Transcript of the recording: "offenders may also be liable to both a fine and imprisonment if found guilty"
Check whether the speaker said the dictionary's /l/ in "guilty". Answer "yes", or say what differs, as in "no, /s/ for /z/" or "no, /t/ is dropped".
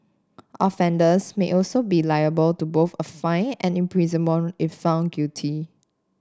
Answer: no, /l/ is dropped